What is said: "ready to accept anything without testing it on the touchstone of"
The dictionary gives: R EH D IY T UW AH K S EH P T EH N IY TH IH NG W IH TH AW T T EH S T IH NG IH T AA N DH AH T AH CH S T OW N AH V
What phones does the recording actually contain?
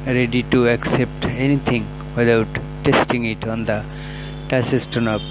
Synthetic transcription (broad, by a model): R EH D IY T UW AH K S EH P T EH N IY T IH NG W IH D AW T T EH S T IH NG IH T AA N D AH T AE S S T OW N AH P